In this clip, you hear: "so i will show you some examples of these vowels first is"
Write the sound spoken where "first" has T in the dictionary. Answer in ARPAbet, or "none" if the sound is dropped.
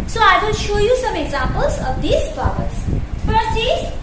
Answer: none